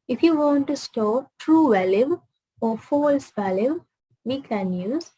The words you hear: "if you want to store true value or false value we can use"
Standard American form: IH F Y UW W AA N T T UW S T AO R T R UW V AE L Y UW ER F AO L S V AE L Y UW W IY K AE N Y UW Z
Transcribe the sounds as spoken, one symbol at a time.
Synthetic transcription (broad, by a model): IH F Y UW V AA N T T UW S T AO T R UW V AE L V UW F AO L S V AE L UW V IY K AE N Y UW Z